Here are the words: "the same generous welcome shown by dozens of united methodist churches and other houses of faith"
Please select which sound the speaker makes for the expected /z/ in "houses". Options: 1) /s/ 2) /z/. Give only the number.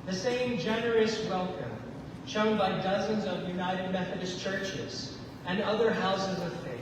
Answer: 2